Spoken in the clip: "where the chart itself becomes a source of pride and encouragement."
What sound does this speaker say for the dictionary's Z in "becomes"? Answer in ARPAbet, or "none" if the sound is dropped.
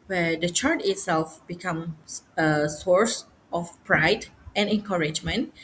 none